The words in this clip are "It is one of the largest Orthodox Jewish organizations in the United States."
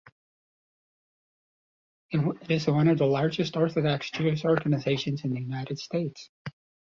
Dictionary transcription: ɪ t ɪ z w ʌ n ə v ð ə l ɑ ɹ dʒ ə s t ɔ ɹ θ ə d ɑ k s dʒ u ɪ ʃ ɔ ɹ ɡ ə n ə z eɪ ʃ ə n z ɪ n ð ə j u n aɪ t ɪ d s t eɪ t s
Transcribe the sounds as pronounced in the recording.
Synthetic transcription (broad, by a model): ɪ t ɪ z w ʌ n ə v ð ə l ɑ ɹ dʒ ə s t ɔ ɹ θ ə d ɑ k s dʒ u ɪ s ɔ ɹ ɡ ə n ə z eɪ ʃ ə n z ɪ n ð ə j u n aɪ t ɪ d s t eɪ t s